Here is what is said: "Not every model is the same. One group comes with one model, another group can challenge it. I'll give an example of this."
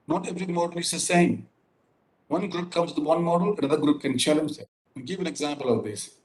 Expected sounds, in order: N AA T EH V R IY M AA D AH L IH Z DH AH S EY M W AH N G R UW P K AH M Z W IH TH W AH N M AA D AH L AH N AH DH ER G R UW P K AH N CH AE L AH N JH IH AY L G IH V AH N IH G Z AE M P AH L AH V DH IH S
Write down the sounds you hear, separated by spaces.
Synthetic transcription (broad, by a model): N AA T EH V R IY M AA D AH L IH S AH S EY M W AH N G R UW P K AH M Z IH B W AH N M AA D AH L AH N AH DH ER G R UW P K AH N CH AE L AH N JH IH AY N G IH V AH N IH G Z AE M P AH L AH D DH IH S